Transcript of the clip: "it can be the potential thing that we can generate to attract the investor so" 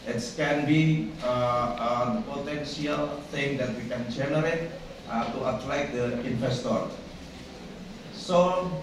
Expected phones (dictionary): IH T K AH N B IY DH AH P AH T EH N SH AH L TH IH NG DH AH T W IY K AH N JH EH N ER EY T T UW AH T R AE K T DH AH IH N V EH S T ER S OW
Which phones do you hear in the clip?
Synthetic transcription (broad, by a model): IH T K AH N B IY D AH P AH T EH N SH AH L T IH NG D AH T W IY K AH N JH EH N ER EY T T UW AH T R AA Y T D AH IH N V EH S T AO S OW